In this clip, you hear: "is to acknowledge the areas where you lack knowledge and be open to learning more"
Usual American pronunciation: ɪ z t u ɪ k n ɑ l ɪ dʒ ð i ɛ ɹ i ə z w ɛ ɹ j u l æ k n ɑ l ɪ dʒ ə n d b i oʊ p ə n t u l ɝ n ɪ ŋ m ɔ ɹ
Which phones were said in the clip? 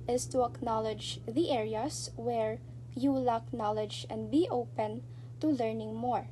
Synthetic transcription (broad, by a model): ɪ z t u ɪ k n ɑ l ɪ dʒ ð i ɛ ɹ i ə s w ɛ ɹ j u l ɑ k n ɑ l ɪ dʒ ə n d b i oʊ p ə n t u l ɝ n ɪ ŋ m ɔ ɹ